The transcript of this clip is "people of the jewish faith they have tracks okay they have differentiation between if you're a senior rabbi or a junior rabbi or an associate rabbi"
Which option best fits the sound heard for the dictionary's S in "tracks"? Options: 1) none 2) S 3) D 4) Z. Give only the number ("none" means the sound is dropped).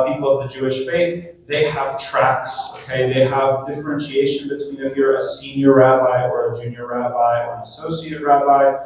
2